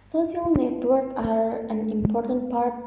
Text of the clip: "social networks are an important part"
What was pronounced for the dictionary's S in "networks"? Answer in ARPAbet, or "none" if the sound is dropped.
none